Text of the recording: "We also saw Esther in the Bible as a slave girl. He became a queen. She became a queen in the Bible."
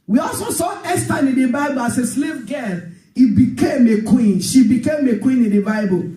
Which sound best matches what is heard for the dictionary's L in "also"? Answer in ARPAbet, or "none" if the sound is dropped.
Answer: L